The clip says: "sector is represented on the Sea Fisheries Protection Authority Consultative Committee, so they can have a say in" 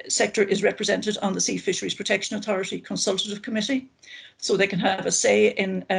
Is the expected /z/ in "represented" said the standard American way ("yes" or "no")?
yes